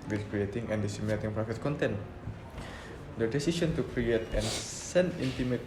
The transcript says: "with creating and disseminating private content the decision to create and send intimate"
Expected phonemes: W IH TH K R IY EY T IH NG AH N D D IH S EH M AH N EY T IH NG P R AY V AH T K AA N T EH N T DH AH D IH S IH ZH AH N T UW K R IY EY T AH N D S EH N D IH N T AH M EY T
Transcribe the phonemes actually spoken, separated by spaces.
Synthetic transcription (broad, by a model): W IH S K R IY EY T IH NG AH N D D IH S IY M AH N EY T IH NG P R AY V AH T K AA N T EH N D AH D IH S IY S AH N T UW K R IY EY T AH N S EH N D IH N T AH M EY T